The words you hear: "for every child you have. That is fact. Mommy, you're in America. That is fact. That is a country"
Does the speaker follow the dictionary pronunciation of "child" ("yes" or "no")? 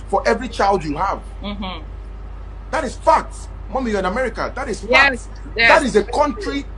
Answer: yes